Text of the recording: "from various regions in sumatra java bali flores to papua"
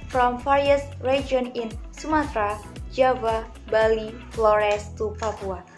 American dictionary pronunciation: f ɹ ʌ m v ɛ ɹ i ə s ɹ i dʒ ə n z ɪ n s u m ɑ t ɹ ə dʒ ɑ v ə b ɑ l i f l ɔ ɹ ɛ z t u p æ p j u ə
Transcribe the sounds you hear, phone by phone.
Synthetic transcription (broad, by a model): f ɹ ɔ m f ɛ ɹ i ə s ɹ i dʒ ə n ɪ n s u m ɑ t ɹ ə dʒ ɑ v ə b ɑ l i f l ɔ ɹ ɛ s t u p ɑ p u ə